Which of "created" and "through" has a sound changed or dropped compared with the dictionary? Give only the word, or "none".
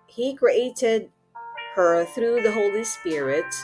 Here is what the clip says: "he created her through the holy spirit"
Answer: none